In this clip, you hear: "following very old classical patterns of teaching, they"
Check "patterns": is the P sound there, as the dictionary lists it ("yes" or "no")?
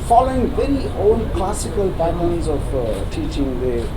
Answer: no